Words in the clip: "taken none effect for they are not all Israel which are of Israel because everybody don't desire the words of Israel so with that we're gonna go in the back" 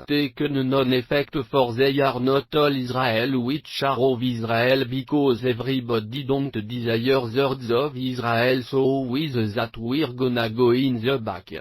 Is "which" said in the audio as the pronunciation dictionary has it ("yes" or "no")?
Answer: no